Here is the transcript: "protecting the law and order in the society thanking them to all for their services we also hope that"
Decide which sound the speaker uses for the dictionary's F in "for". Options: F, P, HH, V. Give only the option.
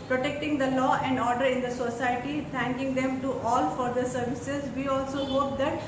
F